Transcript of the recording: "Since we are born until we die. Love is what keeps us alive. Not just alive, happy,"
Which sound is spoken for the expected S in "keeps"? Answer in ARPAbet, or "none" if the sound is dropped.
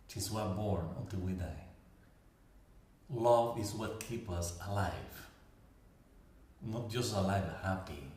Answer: none